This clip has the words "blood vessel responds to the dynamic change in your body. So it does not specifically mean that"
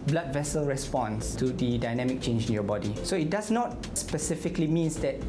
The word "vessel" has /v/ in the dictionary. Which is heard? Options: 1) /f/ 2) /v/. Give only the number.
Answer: 2